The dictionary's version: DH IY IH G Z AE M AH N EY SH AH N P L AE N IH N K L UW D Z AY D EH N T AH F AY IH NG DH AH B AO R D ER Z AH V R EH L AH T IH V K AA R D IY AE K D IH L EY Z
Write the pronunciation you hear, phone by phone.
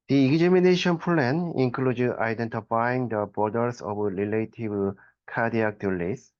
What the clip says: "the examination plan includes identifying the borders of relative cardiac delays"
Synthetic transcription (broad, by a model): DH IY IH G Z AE M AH N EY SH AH N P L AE N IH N K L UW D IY AY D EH N T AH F AY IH NG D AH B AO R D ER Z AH B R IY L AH T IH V K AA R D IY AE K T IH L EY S